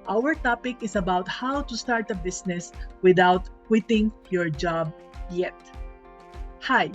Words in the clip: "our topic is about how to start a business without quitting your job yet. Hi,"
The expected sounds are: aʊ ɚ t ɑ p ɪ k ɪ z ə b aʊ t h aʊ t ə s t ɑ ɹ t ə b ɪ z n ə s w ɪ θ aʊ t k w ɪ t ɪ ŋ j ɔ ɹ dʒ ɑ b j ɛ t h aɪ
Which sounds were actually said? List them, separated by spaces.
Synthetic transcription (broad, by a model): aʊ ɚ t ɑ p ɪ k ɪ s ə b aʊ t h aʊ t ə s t ɑ ɹ t ə b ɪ s n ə s w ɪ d aʊ t k w ɪ t ɪ ŋ j ɔ ɹ dʒ ɑ b j ɛ t h aɪ